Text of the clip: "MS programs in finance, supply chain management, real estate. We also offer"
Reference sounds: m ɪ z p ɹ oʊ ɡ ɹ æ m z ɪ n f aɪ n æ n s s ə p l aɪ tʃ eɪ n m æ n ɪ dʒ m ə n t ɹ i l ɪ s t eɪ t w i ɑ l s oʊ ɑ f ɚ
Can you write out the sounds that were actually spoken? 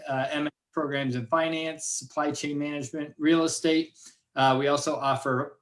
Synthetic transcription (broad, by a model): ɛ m p ɹ oʊ ɡ ɹ æ m z ɪ n f aɪ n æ n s s ə p l aɪ tʃ eɪ n m æ n ɪ dʒ m ə n t ɹ i l ɪ s t eɪ t w i ɑ l s oʊ ɑ f ɚ